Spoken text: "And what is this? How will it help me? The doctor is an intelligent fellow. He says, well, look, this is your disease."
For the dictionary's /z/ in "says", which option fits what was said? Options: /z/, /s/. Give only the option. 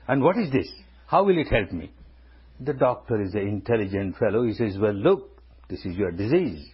/z/